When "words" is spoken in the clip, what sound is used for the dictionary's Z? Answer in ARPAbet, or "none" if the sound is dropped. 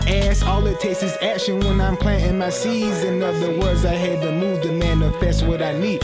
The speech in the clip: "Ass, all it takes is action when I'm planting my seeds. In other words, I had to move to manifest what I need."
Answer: Z